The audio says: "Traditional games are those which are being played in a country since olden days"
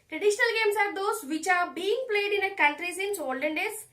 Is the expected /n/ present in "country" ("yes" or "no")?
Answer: no